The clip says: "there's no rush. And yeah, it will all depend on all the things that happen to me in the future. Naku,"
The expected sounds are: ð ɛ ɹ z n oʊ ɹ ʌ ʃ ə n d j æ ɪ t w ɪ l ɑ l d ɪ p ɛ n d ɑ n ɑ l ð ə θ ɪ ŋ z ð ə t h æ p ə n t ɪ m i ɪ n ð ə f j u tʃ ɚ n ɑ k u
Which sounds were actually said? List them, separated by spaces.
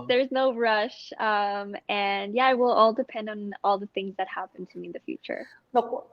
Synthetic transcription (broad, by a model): ð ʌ ɹ z n oʊ ɹ ʌ ʃ ə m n j æ ɪ t w ɪ l ɑ l d ɪ p ɛ n d n ɑ l ð ə θ ɪ ŋ z ð ə t h æ p ə n t ɪ m i ɪ n ð ə f j u tʃ ɚ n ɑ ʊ